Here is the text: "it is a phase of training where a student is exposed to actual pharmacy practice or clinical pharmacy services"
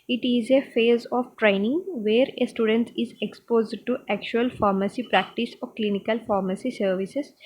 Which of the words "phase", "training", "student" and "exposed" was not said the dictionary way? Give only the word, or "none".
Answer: none